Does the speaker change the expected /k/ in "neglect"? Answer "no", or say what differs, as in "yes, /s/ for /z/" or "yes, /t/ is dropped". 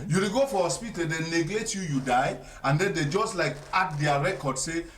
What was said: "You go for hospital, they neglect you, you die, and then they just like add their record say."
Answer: yes, /k/ is dropped